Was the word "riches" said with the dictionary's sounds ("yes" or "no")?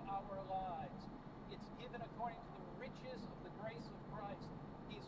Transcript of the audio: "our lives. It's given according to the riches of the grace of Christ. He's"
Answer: yes